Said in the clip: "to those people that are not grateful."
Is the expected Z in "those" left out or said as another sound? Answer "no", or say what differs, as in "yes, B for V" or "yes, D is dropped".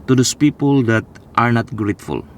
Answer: yes, S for Z